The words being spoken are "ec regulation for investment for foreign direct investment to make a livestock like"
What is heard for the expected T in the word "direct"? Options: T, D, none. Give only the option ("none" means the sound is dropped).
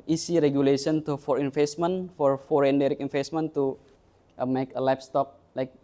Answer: none